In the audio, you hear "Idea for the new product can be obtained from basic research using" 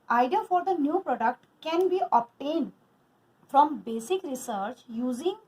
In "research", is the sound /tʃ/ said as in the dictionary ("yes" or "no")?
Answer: yes